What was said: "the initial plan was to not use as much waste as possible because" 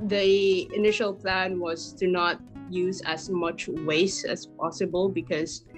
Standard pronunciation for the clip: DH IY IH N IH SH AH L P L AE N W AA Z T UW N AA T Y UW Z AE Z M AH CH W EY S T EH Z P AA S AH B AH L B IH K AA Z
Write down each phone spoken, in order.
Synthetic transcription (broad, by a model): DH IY IH N IH SH AH L P L AE N W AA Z T UW N AA T Y UW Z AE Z M AH CH W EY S EH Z P AA S AH B AH L B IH K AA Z